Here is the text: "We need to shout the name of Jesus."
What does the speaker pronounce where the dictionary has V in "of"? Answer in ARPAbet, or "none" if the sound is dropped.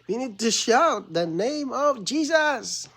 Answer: V